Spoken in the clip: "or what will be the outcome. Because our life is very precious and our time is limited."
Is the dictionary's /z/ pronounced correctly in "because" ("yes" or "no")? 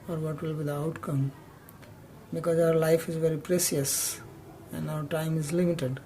yes